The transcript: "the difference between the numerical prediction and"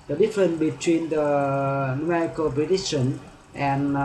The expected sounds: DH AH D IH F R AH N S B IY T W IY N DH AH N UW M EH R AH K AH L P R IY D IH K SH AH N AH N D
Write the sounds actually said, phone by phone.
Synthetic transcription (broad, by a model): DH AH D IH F R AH N B IY T W IY N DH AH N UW M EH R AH K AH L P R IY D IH SH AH N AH N